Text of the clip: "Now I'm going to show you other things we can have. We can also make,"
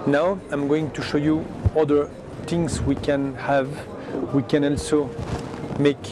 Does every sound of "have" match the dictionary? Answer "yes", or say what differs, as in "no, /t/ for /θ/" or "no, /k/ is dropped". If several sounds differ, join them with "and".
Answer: yes